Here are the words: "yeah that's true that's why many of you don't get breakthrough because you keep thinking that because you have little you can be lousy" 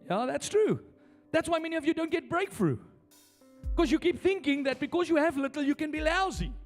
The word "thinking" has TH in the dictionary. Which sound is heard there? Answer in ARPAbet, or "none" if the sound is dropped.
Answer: TH